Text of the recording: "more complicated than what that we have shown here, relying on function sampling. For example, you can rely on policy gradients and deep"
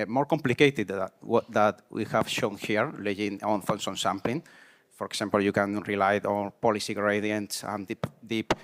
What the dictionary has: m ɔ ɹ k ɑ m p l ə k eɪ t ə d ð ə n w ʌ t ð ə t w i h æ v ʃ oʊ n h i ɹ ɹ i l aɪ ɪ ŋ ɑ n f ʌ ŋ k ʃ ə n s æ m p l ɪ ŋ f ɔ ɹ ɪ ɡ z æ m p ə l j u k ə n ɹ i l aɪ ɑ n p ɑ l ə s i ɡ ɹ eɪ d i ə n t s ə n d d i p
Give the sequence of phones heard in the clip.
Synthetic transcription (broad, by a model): m ɔ ɹ k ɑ m p l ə k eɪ t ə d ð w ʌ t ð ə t w i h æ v ʃ oʊ n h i ɹ l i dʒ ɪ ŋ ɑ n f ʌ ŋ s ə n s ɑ m p l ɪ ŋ f ɔ ɹ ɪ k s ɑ m p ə l j u k ə n ɹ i l aɪ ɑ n p ɑ l ə s i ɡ ɹ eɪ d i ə n t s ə n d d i p